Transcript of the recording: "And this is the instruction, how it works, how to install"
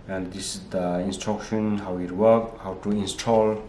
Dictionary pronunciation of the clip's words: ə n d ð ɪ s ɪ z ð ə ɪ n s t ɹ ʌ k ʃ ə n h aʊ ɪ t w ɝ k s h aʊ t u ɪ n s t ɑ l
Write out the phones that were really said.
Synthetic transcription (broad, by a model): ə n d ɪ s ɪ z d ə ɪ n s t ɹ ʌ k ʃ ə n h aʊ ɪ t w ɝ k h aʊ t u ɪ n s t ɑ l